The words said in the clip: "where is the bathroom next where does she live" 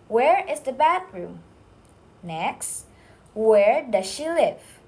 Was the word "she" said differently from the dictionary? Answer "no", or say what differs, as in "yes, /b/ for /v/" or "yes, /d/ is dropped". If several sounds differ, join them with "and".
no